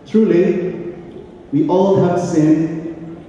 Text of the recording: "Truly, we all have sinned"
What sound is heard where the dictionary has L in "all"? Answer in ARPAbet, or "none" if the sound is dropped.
L